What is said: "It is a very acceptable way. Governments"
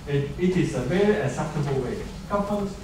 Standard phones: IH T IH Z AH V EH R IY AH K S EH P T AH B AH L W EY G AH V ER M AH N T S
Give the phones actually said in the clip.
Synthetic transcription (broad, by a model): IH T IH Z AH V EH R IY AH S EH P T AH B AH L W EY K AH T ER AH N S